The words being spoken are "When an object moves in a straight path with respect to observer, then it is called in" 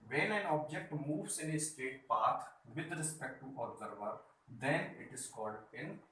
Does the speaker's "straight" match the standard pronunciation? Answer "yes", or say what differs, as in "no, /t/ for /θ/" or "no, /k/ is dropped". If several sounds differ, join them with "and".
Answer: no, /ɹ/ is dropped